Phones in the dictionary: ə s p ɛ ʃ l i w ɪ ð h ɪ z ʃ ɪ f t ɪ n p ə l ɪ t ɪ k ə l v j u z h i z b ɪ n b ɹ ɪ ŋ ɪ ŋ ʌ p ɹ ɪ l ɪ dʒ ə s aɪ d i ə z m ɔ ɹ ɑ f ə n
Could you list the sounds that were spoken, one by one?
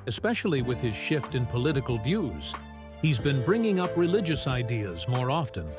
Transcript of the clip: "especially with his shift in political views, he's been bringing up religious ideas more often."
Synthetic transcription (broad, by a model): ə s p ɛ ʃ l i w ɪ ð ɪ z ʃ ɪ f t ɪ n p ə l ɪ t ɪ k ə l v j u z h i z b ɪ n b ɹ ɪ ŋ ɪ ŋ ʌ p ɹ ɪ l ɪ dʒ ə s aɪ d i ə z m ɔ ɹ ɑ f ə n